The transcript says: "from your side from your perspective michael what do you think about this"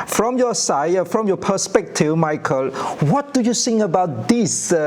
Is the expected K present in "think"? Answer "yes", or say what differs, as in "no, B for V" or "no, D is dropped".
no, K is dropped